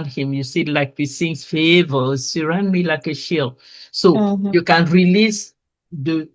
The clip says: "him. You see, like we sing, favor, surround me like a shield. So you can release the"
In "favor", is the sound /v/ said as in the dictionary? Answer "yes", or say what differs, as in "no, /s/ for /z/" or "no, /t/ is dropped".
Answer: yes